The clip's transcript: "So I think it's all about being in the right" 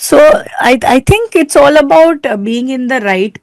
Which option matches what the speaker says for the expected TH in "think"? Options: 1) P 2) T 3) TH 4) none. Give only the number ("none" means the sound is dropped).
2